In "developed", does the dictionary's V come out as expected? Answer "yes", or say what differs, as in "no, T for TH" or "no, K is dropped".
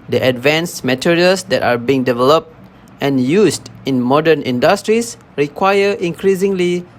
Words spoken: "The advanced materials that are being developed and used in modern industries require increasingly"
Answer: yes